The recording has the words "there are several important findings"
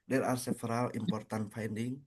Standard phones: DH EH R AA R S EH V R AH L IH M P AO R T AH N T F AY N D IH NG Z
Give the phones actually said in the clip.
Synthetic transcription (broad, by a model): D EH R AA R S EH F R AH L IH M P AO R T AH N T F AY N D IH NG